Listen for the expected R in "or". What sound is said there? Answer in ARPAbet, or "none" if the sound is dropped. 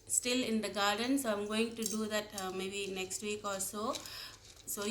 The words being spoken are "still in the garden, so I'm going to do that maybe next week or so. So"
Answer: L